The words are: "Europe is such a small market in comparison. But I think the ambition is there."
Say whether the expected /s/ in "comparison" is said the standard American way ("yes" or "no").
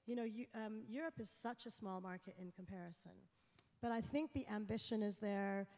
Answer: yes